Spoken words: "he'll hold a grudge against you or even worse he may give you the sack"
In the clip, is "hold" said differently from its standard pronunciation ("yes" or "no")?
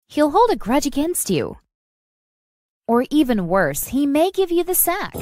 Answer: no